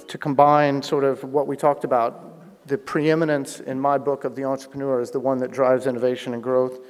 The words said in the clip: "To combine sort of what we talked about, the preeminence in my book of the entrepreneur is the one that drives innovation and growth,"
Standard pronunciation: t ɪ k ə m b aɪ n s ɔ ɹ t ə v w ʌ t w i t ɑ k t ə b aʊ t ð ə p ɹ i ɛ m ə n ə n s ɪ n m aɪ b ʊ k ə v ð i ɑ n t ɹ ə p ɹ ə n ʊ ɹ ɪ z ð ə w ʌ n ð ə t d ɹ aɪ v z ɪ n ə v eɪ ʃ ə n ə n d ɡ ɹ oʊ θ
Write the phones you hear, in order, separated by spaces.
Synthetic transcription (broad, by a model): t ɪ k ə m b aɪ n s ɔ ɹ t ə v w ʌ t w i t ɑ k t ə b aʊ t ð ə p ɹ i ɛ m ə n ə n s ɪ n m aɪ b ʊ k ə v ð i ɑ n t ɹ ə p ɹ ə n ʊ ɹ ɪ z ð ə w ʌ n ð ə t d ɹ aɪ v z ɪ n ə v eɪ ʃ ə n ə n ɡ ɹ oʊ θ